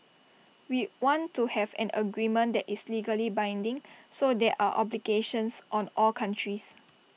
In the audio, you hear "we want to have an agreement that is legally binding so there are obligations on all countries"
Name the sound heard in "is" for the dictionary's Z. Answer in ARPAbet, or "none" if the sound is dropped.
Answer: S